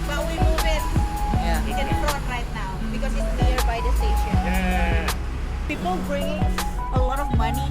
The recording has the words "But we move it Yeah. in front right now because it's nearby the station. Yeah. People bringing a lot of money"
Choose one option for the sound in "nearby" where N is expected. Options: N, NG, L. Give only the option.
L